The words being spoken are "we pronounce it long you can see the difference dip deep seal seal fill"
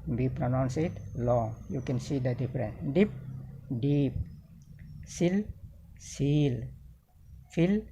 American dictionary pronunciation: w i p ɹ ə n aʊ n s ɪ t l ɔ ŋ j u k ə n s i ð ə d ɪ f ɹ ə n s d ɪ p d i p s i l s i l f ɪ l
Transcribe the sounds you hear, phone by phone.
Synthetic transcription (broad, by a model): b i p ɹ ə n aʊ n s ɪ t l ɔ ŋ j u k ə n s i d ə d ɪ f ɹ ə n d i p d i p s i l s i l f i l